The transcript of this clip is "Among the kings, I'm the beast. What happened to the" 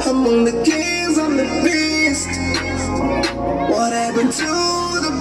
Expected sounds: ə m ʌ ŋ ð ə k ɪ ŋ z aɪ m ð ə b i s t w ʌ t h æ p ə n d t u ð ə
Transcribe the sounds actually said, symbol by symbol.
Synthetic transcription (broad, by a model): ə m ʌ ŋ ð ə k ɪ z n ð ə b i s t w ʌ t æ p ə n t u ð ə